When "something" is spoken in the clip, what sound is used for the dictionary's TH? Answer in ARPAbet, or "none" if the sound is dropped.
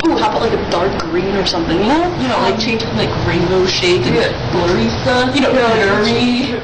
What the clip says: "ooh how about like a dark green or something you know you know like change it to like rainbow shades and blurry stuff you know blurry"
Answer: TH